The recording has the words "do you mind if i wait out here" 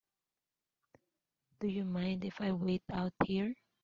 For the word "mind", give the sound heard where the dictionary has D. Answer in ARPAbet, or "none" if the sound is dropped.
D